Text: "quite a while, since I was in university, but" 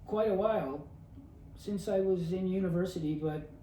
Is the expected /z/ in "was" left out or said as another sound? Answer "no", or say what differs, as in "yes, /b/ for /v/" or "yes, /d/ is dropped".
no